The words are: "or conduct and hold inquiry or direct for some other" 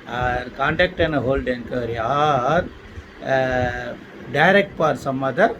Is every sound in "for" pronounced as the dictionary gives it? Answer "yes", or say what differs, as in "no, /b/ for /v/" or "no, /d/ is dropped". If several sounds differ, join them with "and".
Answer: no, /p/ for /f/